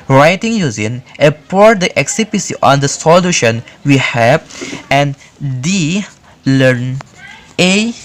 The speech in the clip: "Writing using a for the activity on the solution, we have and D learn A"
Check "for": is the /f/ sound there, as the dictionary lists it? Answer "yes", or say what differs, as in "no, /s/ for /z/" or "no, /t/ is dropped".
no, /p/ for /f/